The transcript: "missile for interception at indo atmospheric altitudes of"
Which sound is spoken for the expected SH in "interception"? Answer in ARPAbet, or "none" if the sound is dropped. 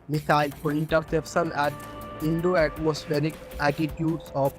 S